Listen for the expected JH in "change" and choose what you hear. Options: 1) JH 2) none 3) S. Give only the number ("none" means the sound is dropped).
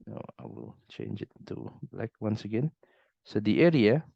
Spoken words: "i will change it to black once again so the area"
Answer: 1